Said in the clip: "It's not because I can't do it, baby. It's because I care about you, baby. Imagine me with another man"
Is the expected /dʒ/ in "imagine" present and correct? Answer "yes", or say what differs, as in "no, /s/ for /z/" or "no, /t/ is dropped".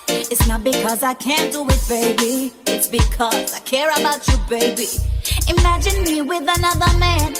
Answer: yes